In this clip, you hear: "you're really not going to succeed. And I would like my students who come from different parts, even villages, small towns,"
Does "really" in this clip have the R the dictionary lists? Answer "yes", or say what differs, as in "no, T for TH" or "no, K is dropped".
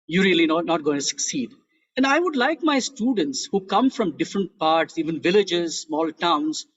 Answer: no, L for R